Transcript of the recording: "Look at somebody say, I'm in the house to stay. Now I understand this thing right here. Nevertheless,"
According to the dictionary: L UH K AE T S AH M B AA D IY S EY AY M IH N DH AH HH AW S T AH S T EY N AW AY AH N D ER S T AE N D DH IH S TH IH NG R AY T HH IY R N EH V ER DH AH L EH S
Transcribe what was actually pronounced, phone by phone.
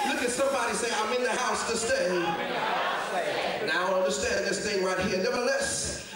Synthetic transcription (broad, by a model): L UH K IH T S AH M B AA D IY S EY AY M IH N DH AH HH AW S T AH S T EY N AW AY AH N D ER S T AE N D DH IH S TH IH NG R AY T HH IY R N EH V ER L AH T S